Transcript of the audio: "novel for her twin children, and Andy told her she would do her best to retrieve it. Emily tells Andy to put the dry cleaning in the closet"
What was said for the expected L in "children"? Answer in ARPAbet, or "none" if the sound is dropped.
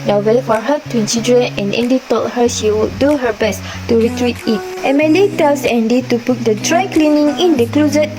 none